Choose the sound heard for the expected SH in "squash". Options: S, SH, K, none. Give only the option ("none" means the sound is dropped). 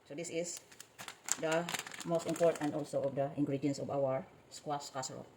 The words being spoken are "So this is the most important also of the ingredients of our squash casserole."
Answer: S